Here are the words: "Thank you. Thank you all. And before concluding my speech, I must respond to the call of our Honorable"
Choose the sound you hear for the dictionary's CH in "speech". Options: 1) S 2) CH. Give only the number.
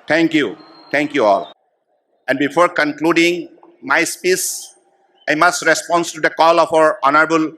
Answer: 1